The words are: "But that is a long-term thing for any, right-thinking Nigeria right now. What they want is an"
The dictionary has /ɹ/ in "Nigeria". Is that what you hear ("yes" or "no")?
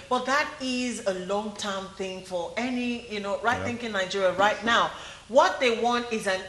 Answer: yes